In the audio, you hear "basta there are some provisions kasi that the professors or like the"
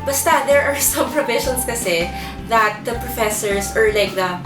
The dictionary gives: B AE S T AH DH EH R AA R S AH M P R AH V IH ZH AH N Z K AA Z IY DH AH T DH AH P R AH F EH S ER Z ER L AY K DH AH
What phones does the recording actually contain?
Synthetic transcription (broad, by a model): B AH S T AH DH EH R AA R S AH M P R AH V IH SH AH N S K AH S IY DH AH T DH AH P R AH F EH S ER S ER L AY K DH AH